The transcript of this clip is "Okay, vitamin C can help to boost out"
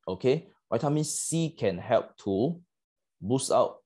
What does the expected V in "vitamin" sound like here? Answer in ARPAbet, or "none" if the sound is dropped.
W